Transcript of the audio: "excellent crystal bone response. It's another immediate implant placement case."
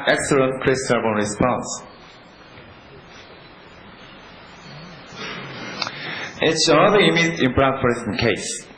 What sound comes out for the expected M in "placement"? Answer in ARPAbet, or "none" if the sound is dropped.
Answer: none